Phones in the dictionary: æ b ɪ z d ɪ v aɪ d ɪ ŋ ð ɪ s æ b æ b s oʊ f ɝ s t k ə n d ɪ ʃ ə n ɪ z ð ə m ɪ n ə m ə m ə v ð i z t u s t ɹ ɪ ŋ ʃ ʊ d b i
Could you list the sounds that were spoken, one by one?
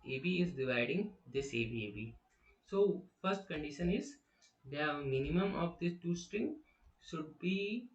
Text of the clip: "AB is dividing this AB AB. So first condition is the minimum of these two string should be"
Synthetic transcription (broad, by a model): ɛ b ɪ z d ɪ v aɪ d ɪ ŋ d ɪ s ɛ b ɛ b s oʊ f ɝ s t k ə n d ɪ ʃ ə n ɪ z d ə m ɪ n ə m ə m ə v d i s t u s t ɹ ɪ ŋ ʃ ʊ d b i